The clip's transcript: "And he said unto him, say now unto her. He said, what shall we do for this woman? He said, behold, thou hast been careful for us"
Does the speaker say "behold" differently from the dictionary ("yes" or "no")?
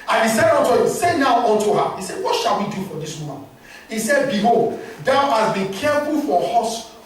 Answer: yes